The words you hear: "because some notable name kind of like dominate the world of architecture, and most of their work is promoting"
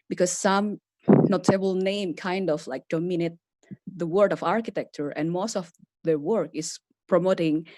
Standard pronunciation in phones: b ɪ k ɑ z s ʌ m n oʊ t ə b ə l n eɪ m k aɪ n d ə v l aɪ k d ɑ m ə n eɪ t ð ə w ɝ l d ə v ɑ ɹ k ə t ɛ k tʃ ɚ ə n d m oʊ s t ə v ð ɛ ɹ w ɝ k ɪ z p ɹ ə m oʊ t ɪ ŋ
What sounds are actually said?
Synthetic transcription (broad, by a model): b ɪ k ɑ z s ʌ m n oʊ t ə b ə l n eɪ m k aɪ n d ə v l aɪ k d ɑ m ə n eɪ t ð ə w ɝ d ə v ɑ ɹ k ə t ɛ k tʃ ɚ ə n m oʊ s t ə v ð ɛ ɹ w ɝ k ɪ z p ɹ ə m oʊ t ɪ ŋ